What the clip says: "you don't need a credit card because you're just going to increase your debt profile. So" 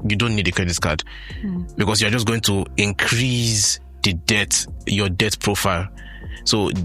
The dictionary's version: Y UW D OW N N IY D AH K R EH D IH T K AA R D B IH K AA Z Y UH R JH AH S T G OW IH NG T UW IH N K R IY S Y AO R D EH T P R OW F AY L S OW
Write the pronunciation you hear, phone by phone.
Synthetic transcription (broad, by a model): Y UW D OW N N IY D AH K R EH D IH T K AA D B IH K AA S Y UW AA JH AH S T G OW IH NG T UW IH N K R IY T Y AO D EH T P R OW F AY L S OW